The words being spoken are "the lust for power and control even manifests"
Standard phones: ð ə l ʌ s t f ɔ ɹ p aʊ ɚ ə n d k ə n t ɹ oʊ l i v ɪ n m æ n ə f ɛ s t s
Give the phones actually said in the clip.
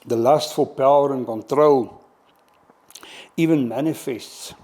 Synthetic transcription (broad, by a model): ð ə l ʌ s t f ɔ l p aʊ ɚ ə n k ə n t ɹ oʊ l i v ɪ n m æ n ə f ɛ s t s